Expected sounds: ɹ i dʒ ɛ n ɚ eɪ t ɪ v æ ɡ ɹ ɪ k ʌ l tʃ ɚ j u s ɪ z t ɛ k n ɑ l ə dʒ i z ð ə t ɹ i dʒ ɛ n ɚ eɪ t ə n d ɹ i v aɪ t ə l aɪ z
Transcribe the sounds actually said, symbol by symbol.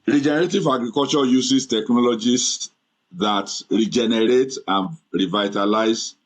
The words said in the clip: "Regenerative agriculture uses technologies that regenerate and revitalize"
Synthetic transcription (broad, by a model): ɹ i dʒ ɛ n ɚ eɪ t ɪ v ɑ ɡ ɹ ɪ k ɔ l tʃ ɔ j u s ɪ s t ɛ k n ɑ l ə dʒ i s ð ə t ɹ i dʒ ɛ n ɚ eɪ t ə n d ɹ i v aɪ t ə l aɪ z